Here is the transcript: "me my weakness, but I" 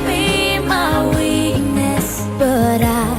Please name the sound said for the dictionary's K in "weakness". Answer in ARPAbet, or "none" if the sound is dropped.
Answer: none